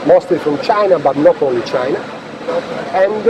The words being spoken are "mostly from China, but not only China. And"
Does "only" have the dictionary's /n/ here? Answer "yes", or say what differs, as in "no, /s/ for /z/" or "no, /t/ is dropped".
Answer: no, /n/ is dropped